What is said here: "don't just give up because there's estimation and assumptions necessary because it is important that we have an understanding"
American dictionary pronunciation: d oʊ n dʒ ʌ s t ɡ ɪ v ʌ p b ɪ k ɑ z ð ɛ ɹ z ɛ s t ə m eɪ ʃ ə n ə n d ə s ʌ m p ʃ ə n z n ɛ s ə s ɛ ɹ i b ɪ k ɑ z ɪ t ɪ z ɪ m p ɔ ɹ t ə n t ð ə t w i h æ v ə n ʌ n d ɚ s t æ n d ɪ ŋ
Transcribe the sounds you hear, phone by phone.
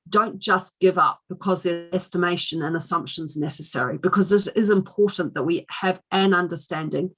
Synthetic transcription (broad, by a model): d oʊ n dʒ ʌ s ɡ ɪ v ʌ p b ɪ k ɑ z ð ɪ ɛ s t ə m eɪ ʃ ə n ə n ə s ʌ m p ʃ ə n z n ɛ s ə s ɛ ɹ i b ɪ k ɑ z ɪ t ɪ z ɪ m p ɔ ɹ t n ð ə t w i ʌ v ə n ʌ n d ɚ s t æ n d ɪ ŋ